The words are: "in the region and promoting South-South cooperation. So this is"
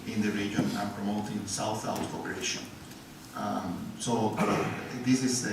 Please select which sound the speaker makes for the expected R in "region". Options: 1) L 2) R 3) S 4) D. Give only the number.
2